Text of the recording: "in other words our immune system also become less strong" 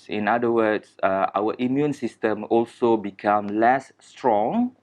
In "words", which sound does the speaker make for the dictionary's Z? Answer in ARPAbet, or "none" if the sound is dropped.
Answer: S